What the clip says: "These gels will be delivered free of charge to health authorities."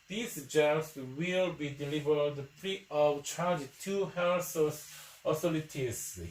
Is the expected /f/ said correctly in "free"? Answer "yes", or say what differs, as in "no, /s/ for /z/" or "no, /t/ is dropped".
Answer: no, /p/ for /f/